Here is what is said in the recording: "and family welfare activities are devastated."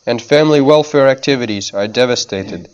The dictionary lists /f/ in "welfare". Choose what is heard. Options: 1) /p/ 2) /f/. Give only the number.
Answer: 2